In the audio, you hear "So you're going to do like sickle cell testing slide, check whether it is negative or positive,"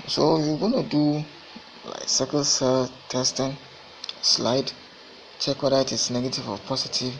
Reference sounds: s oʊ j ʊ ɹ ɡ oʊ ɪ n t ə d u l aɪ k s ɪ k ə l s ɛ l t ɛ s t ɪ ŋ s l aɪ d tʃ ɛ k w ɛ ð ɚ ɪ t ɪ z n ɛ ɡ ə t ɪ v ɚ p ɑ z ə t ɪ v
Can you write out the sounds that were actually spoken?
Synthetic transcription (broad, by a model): s oʊ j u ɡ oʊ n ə d u l aɪ k s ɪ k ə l s ɛ l t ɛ s t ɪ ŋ s l aɪ d tʃ ɛ k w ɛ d ɪ t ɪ s n ɛ ɡ ə t ɪ v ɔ p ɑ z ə t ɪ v